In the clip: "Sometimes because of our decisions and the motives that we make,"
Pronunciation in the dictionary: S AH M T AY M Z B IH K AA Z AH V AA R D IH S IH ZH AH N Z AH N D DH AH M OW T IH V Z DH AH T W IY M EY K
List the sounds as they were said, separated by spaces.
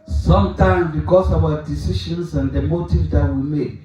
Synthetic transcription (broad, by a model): S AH M T AY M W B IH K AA S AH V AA D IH S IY SH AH N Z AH N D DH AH M OW T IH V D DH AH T W IY M EY K